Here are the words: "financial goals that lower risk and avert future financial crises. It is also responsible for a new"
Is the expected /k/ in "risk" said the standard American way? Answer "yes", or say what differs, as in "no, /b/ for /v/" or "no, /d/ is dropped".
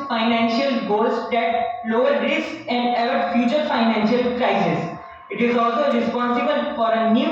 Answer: no, /k/ is dropped